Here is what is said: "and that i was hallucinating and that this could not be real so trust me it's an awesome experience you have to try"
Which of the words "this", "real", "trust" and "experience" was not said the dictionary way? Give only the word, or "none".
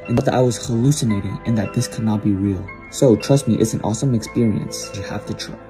none